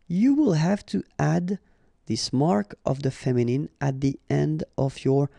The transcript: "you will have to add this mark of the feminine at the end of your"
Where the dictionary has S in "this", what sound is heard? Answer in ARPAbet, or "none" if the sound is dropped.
S